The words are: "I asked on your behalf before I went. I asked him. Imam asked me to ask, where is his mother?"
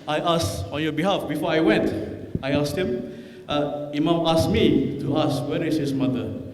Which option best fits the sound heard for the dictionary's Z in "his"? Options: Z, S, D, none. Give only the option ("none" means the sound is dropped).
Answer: S